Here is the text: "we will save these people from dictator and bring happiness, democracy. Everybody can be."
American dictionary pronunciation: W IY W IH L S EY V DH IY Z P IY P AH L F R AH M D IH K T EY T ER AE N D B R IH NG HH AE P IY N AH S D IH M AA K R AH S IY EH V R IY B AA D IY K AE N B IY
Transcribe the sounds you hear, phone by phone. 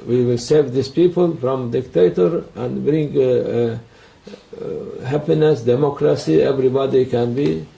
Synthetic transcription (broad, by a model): W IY W IH L S EY V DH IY S P IY P AH L F R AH M D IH K T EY T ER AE N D B R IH NG HH AE P IY N AH S D IH M AA K R AH S IY EH V R IY B AA D IY K AE N B IY